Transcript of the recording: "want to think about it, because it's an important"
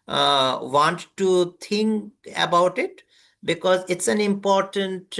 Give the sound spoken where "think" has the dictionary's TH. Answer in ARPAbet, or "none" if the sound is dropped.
T